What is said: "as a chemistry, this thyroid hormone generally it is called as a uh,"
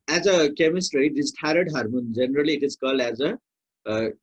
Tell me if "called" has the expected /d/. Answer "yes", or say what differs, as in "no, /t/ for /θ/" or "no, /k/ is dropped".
no, /d/ is dropped